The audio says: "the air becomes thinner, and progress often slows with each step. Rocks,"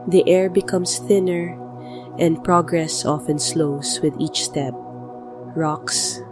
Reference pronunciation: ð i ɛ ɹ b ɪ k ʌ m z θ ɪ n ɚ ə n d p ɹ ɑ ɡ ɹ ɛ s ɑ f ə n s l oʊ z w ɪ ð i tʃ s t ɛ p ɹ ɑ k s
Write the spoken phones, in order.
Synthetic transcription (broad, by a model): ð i ɛ ɹ b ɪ k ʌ m s θ ɪ n ɚ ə n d p ɹ ɑ ɡ ɹ ɛ s ɑ f ə n s l oʊ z w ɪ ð i tʃ s t ɛ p ɹ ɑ k s